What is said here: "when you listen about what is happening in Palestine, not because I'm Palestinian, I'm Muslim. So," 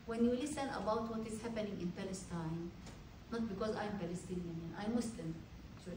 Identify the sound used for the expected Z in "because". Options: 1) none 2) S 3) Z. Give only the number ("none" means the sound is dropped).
3